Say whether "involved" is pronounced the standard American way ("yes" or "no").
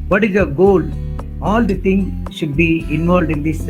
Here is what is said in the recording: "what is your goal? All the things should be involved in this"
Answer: yes